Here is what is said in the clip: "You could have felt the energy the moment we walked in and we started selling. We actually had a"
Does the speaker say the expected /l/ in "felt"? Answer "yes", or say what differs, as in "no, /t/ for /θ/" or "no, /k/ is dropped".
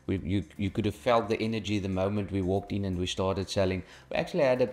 yes